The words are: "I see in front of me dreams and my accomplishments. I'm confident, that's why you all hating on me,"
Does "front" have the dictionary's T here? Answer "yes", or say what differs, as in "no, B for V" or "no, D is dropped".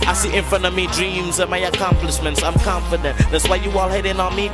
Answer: no, T is dropped